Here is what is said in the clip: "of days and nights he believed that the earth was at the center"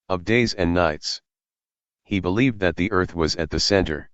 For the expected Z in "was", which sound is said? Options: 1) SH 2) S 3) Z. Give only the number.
3